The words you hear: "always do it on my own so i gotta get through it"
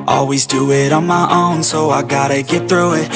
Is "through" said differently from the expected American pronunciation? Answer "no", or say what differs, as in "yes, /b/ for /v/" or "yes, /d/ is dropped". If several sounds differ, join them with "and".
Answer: no